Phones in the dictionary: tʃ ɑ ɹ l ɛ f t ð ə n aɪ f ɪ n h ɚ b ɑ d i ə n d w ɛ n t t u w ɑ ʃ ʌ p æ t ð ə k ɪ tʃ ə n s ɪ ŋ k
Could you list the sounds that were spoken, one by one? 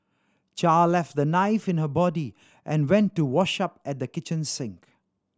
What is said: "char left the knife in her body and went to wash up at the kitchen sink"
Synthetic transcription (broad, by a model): tʃ ɑ l l ɛ f t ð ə n aɪ f ɪ n h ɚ b ɑ d i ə n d w ɛ n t t u w ɑ ʃ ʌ p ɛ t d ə k ɪ tʃ ə n s ɪ ŋ k